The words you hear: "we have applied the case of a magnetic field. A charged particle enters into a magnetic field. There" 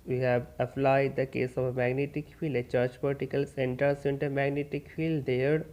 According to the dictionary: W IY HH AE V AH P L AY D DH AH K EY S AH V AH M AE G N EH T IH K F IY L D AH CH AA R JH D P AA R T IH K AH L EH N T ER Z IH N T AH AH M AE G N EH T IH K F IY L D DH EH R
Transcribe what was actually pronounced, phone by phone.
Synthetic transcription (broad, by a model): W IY HH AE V AH P L AY D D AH K EY S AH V AH M AE G N EH T IH K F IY L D AH CH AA R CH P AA L T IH K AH L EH N T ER S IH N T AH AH M AE G N EH T IH K F IY L D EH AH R